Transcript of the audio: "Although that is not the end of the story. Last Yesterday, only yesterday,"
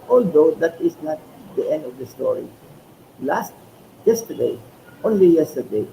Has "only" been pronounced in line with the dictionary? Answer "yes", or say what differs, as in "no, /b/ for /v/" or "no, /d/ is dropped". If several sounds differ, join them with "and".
yes